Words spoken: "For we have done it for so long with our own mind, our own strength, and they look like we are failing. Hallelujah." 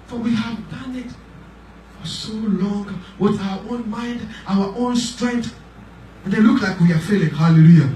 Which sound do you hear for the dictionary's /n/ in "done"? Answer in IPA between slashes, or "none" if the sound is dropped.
/n/